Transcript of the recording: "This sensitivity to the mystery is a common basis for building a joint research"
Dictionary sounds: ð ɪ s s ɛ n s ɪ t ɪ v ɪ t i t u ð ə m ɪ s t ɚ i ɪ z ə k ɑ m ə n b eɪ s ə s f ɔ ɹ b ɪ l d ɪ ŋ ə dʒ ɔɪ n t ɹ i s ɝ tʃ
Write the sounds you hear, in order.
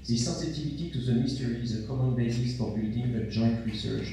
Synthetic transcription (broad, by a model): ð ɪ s s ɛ s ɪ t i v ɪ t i t u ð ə m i s t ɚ i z ə k ɑ m ə n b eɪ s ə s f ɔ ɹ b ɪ l d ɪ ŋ ə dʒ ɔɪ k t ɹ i s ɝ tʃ